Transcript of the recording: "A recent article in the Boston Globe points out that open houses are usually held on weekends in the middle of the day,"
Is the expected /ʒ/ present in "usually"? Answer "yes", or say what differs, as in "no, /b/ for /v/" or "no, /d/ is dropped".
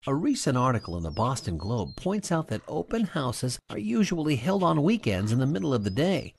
yes